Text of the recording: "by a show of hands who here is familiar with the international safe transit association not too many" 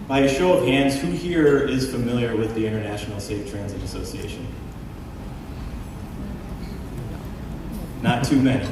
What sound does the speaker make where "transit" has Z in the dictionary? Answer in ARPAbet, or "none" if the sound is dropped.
Z